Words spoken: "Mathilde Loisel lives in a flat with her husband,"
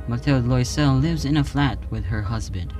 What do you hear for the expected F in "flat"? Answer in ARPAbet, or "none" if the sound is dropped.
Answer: F